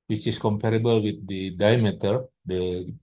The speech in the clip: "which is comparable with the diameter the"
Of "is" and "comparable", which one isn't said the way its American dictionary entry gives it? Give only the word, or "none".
is